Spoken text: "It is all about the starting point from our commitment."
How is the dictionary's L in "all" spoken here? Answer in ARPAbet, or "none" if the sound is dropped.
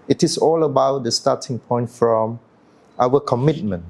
L